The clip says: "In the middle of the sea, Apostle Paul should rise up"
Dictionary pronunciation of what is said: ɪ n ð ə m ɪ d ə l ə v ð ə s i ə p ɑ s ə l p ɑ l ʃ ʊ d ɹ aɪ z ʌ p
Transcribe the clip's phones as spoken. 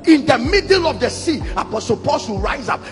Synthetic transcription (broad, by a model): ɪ n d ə m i d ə l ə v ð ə s i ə p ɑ s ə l p ɑ l s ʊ ɹ aɪ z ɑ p